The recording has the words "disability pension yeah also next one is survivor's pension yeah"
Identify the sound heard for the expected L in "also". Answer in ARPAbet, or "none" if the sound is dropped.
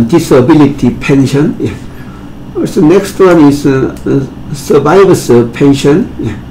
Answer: none